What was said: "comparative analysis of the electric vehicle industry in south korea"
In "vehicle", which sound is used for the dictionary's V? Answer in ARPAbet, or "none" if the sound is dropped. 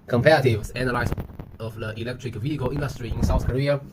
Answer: V